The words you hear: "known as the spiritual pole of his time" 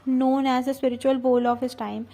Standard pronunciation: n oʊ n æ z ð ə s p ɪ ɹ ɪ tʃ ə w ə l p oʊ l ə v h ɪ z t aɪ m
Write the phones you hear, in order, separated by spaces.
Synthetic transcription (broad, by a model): n oʊ n æ z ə s p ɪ ɹ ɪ tʃ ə ə l b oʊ l ə v h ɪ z t aɪ m